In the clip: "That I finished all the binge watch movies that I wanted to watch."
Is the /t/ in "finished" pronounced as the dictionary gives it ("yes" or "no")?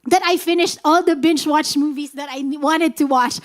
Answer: yes